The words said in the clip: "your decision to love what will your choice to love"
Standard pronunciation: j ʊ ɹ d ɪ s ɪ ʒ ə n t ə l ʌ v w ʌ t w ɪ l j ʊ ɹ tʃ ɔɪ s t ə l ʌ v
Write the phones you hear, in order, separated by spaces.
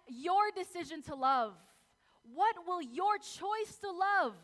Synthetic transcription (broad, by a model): j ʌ ɹ d ɪ s ɪ ʒ ə n t ə l ʌ v w ʌ t w ɪ l j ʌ ɹ tʃ ɔɪ s t ə l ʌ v